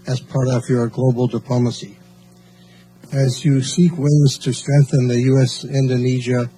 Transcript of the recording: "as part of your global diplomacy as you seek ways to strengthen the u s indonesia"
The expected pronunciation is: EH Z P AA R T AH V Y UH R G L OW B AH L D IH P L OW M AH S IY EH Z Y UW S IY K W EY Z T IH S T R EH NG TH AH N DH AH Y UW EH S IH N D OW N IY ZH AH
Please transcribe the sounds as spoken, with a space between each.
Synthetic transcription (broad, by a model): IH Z P AA R T AH V Y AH R G L OW B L D IH P L OW M AH S IY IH Z Y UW S IY K W EY Z T IH S T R EH NG TH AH N DH AH Y UW EH S IH N D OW N IY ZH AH